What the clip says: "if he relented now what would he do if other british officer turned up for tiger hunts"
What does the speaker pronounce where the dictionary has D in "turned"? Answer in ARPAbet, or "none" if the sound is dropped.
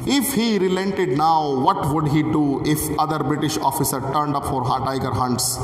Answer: D